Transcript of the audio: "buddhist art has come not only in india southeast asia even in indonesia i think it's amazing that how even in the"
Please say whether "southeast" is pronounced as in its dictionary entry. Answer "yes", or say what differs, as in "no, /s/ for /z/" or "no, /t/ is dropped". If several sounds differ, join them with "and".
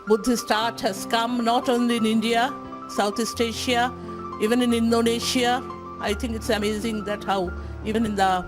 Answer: no, /t/ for /θ/